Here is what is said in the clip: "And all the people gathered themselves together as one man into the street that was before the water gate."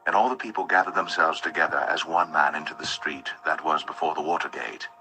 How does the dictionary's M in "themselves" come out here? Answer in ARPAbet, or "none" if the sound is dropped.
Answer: M